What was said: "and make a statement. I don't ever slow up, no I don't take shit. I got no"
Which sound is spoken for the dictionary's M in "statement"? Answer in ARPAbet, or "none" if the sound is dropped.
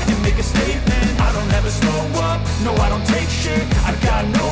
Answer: M